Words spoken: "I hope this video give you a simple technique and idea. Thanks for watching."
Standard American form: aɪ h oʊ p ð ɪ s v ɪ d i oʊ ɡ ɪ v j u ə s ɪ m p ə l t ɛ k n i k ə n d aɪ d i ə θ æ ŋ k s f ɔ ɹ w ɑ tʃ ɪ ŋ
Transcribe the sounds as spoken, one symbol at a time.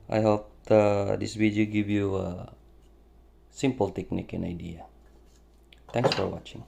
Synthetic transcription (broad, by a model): aɪ h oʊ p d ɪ s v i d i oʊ ɡ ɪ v j u ə s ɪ m p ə l t ɛ k n i k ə n aɪ d i ə t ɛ ŋ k s f ɔ ɹ w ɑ tʃ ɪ ŋ